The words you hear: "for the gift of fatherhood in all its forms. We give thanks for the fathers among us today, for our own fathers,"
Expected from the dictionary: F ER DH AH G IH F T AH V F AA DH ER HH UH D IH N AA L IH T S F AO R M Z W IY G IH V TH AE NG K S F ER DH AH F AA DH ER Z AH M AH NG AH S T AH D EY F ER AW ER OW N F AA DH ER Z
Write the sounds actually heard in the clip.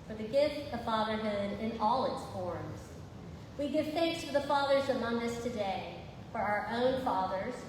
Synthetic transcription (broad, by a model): F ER DH AH G IH F T AH V F AA DH ER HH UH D IH N AA L IH T S F AO R M Z W IY G IH V TH AE NG K S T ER DH AH F AA DH ER Z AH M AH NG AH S T AH D EY F ER AW ER OW N F AA DH ER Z